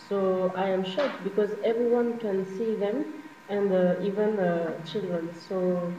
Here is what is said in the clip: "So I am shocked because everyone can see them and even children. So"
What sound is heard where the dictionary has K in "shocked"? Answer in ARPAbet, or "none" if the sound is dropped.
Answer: none